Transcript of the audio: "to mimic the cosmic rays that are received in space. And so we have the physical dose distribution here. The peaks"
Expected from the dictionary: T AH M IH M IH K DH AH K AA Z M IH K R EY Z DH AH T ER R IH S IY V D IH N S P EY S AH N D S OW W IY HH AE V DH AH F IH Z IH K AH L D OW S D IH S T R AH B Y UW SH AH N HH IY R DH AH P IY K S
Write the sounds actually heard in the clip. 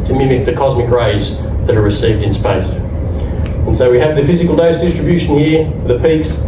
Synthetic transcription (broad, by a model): T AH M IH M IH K DH AH K AA Z M IH K R EY Z DH AH T ER R IH S IY V D IH N S P EY S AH N S OW W IY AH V DH AH F IH Z IH K AH L D OW S D IH S T R AH B Y UW SH AH N HH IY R DH AH P IY K S